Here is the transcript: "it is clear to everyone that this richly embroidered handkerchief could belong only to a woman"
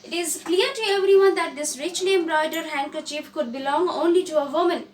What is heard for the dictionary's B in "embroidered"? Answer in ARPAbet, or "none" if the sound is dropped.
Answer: none